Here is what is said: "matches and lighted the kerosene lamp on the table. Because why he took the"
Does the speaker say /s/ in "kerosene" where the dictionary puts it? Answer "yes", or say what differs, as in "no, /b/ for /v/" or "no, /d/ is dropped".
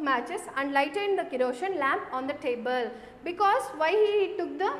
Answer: no, /ʃ/ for /s/